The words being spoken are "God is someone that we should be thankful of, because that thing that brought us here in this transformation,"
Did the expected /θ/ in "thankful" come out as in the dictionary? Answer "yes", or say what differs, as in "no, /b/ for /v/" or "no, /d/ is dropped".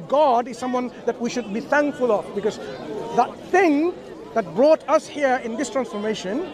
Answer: yes